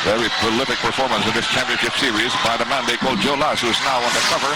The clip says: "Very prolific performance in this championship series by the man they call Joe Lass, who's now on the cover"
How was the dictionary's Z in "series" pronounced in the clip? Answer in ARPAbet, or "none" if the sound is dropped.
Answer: Z